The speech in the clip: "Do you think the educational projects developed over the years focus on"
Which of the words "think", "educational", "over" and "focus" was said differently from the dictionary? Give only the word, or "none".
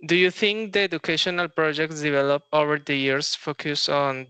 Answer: think